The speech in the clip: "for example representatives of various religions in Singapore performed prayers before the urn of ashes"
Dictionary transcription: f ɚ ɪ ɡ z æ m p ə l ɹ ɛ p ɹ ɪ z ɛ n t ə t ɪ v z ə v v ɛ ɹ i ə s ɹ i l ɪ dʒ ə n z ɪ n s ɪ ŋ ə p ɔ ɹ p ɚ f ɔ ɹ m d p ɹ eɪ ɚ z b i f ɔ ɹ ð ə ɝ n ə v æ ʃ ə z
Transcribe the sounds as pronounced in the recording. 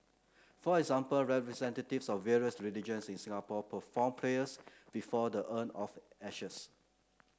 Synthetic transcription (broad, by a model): f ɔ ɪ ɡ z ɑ m p ə l ɹ ɛ p ɹ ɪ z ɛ n t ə t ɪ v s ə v v ɛ ɹ i ə s ɹ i l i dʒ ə n s ɪ n s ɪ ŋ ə p ɔ p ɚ f ɔ m p l eɪ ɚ s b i f ɔ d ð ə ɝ n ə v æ ʃ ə s